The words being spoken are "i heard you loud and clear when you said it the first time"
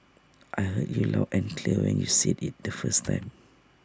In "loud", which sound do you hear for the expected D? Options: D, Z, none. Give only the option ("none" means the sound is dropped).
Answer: none